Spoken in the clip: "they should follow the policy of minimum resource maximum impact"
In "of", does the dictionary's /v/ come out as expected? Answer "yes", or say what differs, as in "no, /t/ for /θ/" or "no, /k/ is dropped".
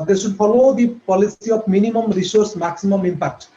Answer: no, /p/ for /v/